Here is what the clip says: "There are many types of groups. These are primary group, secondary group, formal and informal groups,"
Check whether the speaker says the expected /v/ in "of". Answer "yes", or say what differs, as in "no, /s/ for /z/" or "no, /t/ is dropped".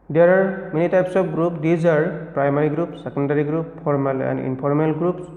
no, /p/ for /v/